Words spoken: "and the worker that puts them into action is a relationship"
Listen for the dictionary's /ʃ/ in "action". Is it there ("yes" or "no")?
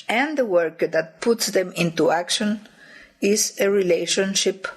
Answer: yes